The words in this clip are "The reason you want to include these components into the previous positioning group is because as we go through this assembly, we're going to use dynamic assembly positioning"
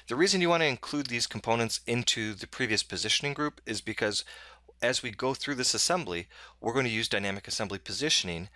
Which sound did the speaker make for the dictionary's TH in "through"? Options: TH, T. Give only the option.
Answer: TH